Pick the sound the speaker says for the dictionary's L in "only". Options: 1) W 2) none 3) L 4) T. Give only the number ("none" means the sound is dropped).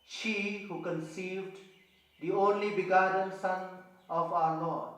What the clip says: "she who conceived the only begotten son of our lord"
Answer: 3